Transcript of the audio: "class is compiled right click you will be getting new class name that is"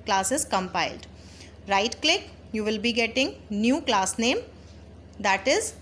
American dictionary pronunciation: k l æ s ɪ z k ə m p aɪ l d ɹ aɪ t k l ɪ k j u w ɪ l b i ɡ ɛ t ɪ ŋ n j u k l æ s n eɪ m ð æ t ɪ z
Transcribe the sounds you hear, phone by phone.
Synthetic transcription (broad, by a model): k l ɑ s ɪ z k ə m p aɪ l d ɹ aɪ t k l ɪ k j u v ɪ l b i ɡ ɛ t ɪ ŋ n j u k l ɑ s n eɪ m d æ t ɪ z